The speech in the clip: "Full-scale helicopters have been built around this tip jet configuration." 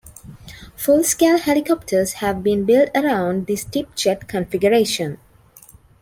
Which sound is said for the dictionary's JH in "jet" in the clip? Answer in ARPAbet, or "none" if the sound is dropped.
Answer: CH